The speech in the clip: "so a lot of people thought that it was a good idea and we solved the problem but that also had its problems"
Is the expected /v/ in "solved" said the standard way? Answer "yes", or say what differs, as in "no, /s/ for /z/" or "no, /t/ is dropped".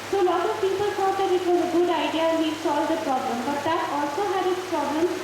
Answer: no, /v/ is dropped